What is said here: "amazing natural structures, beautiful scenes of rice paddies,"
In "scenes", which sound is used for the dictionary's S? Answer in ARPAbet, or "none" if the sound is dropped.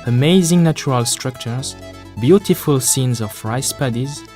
S